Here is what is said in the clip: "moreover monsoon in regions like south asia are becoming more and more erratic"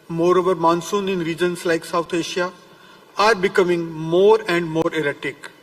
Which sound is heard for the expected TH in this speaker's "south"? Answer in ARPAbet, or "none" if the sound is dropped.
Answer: T